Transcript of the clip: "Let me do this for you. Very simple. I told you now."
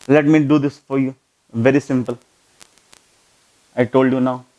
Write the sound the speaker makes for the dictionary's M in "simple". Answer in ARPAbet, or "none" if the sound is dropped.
M